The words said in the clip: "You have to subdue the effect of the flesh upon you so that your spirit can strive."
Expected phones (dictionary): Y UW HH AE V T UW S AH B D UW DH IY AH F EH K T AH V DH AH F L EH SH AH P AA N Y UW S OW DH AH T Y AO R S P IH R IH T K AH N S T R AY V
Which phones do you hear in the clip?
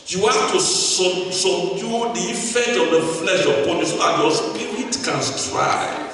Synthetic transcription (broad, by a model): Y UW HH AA F T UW S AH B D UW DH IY AH F EH K T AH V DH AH F L EH SH AH P AA N Y UW S OW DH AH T Y AO S P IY R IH T K AH N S T R AY